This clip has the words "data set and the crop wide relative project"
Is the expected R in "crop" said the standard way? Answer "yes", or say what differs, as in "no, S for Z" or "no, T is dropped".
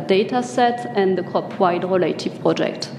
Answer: no, R is dropped